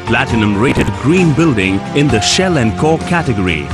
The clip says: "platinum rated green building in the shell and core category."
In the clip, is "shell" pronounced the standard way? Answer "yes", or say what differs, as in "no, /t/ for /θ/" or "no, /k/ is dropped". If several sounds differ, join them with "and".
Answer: yes